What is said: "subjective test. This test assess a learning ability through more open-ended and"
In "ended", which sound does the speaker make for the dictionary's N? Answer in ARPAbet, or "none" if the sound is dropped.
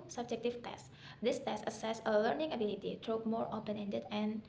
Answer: N